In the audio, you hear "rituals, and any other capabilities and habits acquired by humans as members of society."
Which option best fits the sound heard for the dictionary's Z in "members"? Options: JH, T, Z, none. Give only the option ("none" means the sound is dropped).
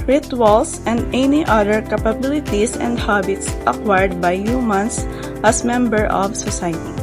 none